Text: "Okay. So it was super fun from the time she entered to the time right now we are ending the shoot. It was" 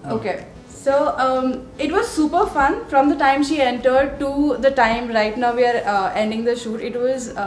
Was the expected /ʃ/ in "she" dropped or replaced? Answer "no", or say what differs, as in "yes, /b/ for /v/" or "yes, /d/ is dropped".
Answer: no